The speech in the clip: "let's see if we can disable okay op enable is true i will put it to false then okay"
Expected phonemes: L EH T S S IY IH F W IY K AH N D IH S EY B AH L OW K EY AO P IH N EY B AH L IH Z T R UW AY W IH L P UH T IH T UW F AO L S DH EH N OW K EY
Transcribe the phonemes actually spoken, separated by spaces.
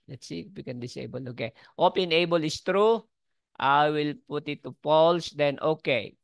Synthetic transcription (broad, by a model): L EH T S S IY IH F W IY K AH N D IH S EY B AH L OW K EY AO P IH N EY B AH L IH S T R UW AY W IH L P UH T IH T UW P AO L S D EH N OW K EY